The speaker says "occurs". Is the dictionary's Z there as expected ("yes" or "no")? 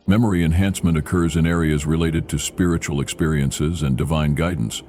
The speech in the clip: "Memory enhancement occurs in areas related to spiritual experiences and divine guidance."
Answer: yes